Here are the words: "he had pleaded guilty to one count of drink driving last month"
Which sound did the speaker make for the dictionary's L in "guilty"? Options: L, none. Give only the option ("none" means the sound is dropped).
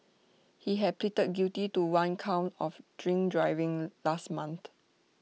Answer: none